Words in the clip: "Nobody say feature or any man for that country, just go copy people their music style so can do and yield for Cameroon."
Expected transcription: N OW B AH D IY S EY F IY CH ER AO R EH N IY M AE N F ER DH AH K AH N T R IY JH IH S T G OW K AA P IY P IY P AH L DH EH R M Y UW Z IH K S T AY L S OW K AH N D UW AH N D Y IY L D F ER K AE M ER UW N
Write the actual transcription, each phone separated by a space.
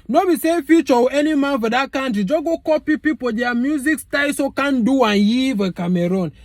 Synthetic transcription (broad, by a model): N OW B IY S EY F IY CH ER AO W EH N IY M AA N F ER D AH K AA N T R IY JH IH G OW K AA P IY P IY P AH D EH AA M Y UW Z IH K S T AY S OW K AH N D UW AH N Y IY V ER K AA M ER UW N